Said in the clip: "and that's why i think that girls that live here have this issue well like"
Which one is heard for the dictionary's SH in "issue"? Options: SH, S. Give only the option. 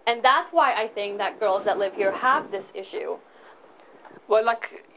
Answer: SH